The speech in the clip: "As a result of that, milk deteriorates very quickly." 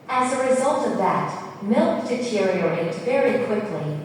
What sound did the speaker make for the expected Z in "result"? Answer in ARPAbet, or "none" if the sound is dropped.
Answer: Z